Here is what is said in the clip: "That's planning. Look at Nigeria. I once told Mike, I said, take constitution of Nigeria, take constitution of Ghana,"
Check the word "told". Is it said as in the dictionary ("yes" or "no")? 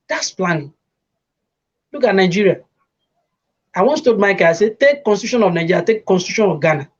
no